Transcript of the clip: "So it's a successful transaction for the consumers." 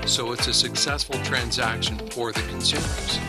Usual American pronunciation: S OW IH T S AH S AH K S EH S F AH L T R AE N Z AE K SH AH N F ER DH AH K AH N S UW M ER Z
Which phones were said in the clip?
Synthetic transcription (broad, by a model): S OW IH T S AH S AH K S EH S F L T R AE N Z AE K SH AH N F ER DH AH K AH N S UW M ER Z